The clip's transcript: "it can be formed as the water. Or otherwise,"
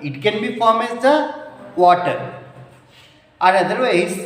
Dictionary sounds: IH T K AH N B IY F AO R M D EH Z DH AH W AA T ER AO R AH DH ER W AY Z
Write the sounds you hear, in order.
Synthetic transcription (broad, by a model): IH T K AH N B IY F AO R M EH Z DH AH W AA T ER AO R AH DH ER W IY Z